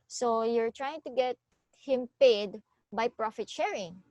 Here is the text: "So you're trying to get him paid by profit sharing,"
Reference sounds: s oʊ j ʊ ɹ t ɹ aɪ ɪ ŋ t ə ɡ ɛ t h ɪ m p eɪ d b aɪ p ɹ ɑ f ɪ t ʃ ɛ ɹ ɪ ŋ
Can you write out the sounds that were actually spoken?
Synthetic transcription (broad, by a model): s oʊ j ʊ ɹ t ɹ aɪ ɪ ŋ t ə ɡ ɛ t h ɪ m p eɪ d b aɪ p ɹ ɑ f ɪ t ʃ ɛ ɹ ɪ ŋ